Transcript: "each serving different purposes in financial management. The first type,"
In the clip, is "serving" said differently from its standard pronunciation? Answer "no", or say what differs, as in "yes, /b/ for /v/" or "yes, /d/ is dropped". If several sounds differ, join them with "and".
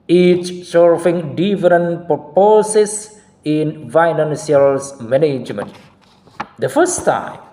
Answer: yes, /f/ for /v/